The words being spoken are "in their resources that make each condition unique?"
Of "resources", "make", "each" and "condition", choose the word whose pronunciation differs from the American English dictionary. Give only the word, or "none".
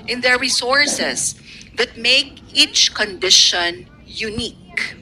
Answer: resources